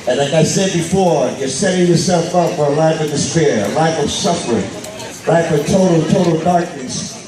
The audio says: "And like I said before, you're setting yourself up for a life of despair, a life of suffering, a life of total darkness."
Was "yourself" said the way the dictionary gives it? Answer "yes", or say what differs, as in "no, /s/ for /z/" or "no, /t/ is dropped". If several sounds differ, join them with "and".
yes